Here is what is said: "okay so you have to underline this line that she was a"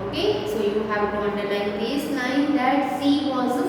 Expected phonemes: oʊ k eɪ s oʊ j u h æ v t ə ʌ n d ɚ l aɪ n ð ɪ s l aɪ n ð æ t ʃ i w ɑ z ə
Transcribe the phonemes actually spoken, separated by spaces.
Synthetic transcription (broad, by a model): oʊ k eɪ s oʊ j u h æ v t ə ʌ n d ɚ n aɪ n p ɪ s n aɪ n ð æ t s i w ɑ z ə